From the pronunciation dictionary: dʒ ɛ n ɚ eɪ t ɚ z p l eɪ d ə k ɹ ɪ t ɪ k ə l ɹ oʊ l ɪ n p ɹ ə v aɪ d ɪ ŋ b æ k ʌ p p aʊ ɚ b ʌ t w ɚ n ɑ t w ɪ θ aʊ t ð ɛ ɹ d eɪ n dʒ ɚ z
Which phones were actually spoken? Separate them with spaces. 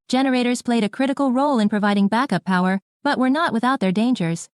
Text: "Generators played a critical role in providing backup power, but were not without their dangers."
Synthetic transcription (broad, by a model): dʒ ɛ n ɚ eɪ t ɚ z p l eɪ d ə k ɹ ɪ t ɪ k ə l ɹ oʊ l ɪ n p ɹ ə v aɪ d ɪ ŋ b æ k ʌ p p aʊ ɚ b ʌ t w ɚ n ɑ t w ɪ θ aʊ t ð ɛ ɹ d eɪ n dʒ ɚ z